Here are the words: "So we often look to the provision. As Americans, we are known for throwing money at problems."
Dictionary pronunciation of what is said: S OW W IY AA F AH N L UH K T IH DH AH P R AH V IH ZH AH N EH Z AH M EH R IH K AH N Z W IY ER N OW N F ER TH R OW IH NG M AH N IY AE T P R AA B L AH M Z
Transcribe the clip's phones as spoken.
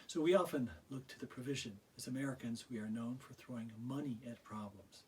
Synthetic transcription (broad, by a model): S OW W IY AA F AH N L UH K T IH DH AH P R AH V IH ZH AH N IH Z AH M EH R IH K AH N Z W IY ER N OW N F ER TH R OW IH NG M AH N IY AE T P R AA B L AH M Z